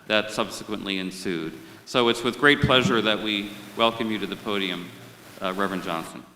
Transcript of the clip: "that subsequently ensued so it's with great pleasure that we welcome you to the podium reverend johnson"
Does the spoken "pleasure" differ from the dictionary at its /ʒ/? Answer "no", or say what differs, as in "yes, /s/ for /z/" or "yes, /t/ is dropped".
no